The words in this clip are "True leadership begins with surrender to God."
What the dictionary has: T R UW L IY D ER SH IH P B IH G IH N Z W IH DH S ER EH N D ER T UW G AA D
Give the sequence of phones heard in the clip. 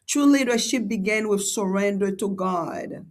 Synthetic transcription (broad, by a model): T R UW L IY D ER SH IH P B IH G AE N W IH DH S ER EH N D ER T UW G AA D